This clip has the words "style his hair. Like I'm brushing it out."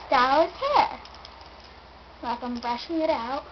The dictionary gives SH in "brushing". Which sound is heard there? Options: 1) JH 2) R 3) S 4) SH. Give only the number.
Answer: 4